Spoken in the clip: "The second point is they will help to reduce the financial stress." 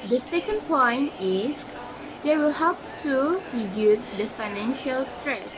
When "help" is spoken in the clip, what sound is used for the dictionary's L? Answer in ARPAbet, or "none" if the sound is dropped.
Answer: none